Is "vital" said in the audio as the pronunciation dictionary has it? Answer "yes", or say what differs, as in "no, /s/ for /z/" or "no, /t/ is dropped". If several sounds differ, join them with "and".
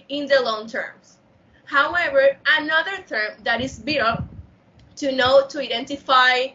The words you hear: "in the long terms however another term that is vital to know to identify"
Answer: no, /b/ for /v/